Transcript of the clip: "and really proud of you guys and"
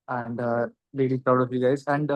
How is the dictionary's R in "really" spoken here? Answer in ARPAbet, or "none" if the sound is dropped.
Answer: L